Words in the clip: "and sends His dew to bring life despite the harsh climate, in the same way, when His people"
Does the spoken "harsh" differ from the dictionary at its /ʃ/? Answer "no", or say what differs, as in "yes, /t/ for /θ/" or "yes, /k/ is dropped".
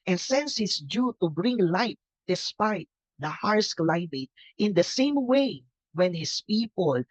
yes, /s/ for /ʃ/